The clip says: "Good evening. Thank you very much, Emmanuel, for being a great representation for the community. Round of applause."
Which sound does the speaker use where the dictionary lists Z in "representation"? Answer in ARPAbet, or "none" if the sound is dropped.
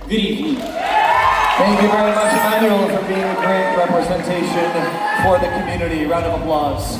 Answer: Z